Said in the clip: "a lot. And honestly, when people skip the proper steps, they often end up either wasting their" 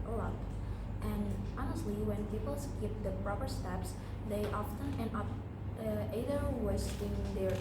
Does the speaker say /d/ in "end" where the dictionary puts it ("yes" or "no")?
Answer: no